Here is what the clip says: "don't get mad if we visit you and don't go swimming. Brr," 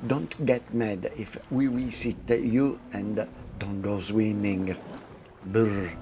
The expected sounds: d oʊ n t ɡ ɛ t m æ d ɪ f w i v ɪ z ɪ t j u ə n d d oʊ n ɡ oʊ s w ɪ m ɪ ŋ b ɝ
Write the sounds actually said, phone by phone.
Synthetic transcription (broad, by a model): d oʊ n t ɡ ɛ t m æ d ɪ f w i w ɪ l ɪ t j u ə n d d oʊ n ɡ oʊ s w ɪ m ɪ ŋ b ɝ